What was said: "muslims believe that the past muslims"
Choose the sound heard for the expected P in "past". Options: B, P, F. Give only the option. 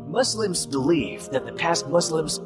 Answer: P